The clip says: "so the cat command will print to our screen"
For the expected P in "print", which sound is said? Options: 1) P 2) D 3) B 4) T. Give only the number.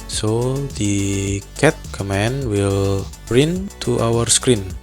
3